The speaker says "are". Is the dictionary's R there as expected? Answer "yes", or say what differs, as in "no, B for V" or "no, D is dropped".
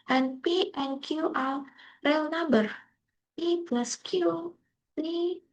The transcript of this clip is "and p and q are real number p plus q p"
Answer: no, L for R